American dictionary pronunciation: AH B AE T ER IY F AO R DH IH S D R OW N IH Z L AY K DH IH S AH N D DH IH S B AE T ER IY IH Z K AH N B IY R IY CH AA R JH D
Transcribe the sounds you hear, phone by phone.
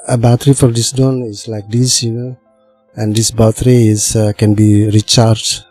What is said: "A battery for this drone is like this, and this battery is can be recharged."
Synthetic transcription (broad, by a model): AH B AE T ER IY F AO R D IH S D OW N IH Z L AY K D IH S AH N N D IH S B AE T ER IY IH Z K AH N B IY R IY CH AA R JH